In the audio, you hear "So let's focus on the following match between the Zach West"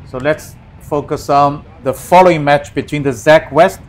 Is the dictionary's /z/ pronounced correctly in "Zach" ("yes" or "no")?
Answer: yes